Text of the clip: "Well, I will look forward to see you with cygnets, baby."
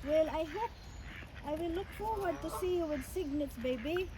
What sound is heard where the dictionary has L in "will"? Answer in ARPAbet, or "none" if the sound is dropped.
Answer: W